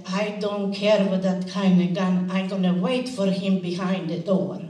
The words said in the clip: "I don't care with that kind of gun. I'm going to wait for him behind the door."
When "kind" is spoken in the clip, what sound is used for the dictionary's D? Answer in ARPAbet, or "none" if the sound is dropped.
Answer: none